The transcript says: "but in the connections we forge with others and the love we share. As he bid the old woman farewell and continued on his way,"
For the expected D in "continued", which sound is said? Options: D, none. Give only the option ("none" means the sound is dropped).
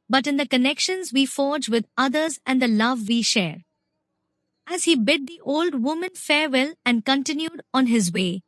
D